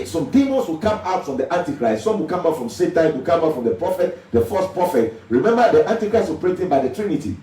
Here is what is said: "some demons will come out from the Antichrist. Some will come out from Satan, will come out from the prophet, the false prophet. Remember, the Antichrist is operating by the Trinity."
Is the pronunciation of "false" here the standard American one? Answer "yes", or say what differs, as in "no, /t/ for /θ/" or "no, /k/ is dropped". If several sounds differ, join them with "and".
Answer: no, /l/ is dropped